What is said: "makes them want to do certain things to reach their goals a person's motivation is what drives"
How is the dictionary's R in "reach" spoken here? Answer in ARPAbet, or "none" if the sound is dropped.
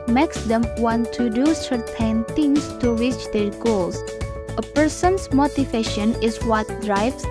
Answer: W